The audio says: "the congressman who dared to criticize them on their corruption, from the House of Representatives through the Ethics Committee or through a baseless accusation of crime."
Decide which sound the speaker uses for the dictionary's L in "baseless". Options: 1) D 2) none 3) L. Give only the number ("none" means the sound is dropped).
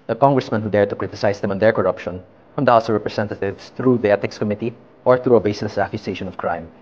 2